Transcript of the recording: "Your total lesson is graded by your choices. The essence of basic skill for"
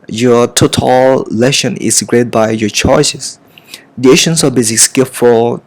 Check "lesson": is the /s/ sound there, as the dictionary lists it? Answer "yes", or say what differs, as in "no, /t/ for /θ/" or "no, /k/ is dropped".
no, /ʃ/ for /s/